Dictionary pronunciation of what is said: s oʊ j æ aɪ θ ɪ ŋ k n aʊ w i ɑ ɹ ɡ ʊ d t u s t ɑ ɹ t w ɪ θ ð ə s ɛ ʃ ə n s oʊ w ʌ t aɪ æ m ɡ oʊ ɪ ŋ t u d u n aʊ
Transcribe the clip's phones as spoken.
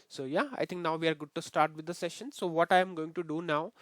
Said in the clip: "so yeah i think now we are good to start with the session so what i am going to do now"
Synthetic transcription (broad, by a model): s oʊ j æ aɪ t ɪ ŋ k n aʊ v i ɑ ɹ ɡ ʊ d t u s t ɑ ɹ t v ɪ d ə s ɛ ʃ ə n s oʊ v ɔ t aɪ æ m ɡ oʊ ɪ ŋ t u d u n aʊ